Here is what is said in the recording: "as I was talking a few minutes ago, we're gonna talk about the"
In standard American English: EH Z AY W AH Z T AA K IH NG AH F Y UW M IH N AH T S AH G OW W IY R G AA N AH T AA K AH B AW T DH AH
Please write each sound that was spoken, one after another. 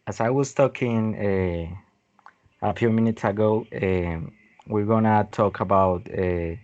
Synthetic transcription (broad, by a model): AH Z AY W AH Z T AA K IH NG AH P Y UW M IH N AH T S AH G OW W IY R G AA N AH T AA K AH B AW T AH